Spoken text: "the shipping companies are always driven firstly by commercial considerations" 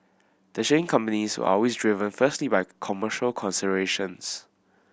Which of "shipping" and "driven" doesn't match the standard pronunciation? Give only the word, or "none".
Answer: shipping